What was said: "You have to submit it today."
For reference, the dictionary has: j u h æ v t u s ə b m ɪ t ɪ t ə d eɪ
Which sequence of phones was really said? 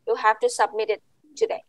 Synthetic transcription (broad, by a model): j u h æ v t u s ə b m ɪ t ɪ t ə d eɪ